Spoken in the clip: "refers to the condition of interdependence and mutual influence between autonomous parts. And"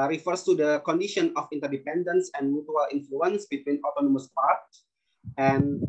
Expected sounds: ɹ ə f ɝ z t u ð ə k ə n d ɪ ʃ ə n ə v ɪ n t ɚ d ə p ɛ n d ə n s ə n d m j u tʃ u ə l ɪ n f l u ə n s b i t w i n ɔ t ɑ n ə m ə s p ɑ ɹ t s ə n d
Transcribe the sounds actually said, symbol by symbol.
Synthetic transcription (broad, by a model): ɹ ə f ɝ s t u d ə k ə n d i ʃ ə n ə f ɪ n t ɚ d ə p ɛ n d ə n s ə n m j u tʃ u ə l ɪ n f l u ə n s b i t w i n ɔ t ɑ n ə m ə s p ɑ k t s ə n